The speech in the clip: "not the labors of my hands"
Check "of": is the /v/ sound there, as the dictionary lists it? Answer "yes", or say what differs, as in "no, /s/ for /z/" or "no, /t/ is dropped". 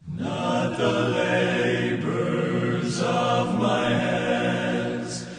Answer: yes